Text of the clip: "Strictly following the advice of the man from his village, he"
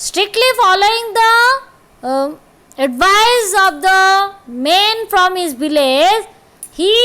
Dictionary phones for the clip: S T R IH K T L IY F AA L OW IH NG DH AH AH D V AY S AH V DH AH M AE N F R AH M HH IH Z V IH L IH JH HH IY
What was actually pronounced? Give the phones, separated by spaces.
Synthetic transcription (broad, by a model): S T R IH K T L IY F AA L OW IH NG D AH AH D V AY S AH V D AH M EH N F R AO M HH IH Z B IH L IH Z HH IY